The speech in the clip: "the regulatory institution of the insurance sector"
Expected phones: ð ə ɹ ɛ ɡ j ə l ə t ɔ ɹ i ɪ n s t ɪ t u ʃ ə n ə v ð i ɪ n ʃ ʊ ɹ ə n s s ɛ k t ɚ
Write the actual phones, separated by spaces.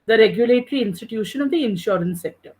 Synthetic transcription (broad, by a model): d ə ɹ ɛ ɡ j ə l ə t ɹ i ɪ n s t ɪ t u ʃ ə n ə v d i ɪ n ʃ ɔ ɹ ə n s s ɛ k t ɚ